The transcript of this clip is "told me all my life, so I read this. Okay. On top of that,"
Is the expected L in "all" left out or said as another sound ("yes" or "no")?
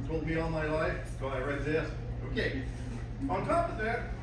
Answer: yes